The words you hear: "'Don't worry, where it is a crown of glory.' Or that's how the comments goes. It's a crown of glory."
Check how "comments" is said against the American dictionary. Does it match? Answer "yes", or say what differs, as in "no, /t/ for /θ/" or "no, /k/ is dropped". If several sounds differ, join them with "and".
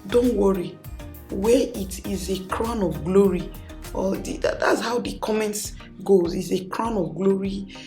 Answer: yes